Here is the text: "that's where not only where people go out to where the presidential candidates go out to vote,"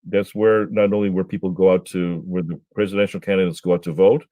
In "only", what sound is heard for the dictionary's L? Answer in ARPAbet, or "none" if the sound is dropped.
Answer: L